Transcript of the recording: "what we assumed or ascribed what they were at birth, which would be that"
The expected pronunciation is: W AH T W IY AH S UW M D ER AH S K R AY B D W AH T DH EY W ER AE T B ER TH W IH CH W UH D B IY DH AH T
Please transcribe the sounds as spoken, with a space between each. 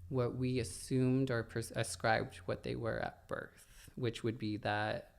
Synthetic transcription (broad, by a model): W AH T W IY AH S UW M D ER AH S K R AY B D W AH T DH EY W ER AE T B ER TH W IH CH W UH D B IY DH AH T